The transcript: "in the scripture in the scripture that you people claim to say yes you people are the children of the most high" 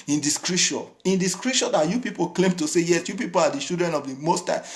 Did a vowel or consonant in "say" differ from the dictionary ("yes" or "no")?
no